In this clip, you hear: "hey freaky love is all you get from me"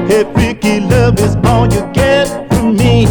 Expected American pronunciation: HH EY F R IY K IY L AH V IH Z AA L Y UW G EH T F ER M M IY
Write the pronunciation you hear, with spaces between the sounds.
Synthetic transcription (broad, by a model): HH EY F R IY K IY L AH V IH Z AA N Y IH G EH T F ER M M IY